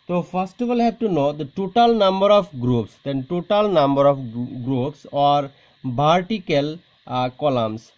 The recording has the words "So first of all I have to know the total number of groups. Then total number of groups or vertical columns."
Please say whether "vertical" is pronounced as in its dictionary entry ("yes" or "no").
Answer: no